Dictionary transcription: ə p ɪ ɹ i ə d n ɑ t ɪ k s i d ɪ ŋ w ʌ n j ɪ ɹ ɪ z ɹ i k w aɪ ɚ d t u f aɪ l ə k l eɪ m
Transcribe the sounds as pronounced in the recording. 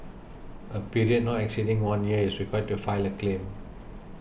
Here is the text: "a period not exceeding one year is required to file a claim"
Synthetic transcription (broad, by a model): ə p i ɹ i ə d n ɑ t ɪ k s i d ɪ ŋ w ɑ n j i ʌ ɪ s ɹ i k w aɪ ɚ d t u f aɪ l ə k l eɪ m